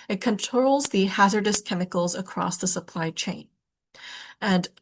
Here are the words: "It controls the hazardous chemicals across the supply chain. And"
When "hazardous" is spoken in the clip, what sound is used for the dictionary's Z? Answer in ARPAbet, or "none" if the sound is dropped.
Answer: Z